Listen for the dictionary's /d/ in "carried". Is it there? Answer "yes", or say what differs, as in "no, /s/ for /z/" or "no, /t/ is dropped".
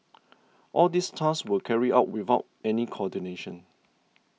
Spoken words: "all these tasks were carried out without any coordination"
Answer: no, /d/ is dropped